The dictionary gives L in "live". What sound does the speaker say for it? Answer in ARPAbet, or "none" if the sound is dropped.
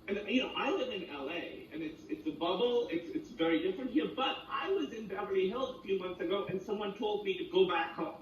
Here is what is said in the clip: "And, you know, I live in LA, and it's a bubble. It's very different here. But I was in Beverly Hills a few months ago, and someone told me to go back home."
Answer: W